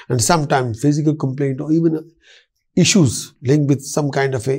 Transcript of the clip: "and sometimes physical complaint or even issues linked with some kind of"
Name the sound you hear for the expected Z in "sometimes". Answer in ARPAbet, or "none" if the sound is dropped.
none